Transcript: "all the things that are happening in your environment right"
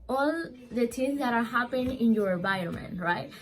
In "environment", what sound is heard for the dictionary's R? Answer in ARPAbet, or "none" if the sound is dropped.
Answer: none